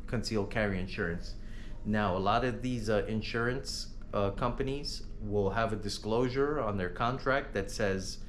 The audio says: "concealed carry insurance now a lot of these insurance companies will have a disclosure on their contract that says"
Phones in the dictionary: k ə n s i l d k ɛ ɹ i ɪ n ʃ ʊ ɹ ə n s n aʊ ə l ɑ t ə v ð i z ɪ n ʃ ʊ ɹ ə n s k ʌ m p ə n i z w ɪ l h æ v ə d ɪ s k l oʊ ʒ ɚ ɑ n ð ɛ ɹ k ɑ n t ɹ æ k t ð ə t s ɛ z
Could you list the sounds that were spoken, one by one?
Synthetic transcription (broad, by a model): k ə n s i l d k ɛ ɹ i ɪ n ʃ ʊ ɹ ə n s n aʊ ə l ɑ t ə v ð i z ɪ n ʃ ʊ ɹ ə n s k ʌ m p ə n i z w ɪ l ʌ v ə d ɪ s k l oʊ ʒ ɚ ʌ n ð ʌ ɹ k ɑ n t ɹ æ k t ð ə t s ɛ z